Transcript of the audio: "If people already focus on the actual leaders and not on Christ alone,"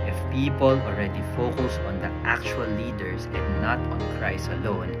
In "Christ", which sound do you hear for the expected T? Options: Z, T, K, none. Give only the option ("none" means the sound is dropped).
none